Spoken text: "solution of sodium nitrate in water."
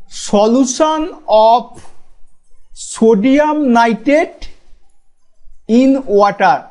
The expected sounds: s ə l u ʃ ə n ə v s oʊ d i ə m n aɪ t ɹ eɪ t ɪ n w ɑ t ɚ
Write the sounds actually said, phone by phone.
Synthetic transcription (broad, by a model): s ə l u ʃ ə n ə p s oʊ d i ə m n aɪ t eɪ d ɪ n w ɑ t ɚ